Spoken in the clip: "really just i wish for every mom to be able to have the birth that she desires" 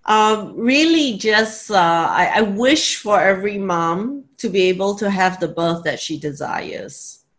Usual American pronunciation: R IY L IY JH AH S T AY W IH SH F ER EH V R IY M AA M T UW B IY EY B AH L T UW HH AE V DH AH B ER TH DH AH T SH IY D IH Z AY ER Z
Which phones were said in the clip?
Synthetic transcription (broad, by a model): R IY L IY JH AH S T AY W IH SH F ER EH V R IY M AA M T UW B IY EY B AH L T UW HH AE V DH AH B ER TH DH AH T SH IY D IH Z AY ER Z